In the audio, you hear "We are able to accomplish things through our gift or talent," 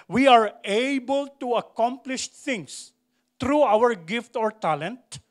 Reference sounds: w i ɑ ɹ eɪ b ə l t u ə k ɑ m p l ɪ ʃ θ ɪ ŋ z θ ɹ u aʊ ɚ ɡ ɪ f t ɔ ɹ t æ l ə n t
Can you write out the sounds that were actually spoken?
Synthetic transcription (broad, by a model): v i ɑ ɹ eɪ b ə l t u ə k ɑ m p l ɪ ʃ t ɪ ŋ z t ɹ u aʊ ɚ ɡ ɪ f t ɔ ɹ t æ l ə n t